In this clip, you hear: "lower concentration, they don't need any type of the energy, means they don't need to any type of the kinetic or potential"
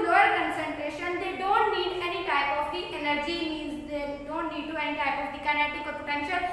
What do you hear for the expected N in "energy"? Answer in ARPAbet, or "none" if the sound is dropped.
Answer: L